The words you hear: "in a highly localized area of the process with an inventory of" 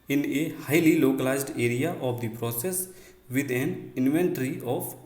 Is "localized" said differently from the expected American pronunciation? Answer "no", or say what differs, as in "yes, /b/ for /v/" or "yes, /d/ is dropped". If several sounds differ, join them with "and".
no